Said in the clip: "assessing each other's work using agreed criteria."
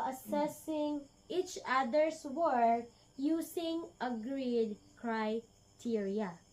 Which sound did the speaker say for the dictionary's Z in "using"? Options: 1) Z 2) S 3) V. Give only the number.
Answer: 2